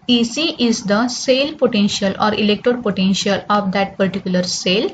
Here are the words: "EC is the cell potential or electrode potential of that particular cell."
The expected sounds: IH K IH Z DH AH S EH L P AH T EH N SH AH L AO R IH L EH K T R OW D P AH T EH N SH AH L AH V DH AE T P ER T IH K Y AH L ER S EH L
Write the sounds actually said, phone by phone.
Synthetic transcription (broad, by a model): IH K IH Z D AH S EH L P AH T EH N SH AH L AO R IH L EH K T OW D P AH T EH N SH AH L AH V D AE T P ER T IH K Y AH L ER S EH L